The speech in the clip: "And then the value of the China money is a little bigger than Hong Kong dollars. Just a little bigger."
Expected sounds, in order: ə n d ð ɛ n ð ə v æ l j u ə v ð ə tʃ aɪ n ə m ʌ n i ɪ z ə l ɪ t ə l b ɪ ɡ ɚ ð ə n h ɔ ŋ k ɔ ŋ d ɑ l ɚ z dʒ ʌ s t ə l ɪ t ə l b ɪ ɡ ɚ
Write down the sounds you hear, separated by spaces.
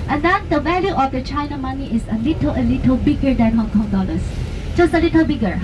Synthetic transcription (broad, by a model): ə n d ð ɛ n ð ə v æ l j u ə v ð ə tʃ aɪ n ə m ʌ n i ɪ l ə l ɪ t ə l b ɪ ɡ ɚ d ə n h ɔ ŋ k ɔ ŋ d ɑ l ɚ s dʒ ʌ s t ə l ɪ t ə l b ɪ ɡ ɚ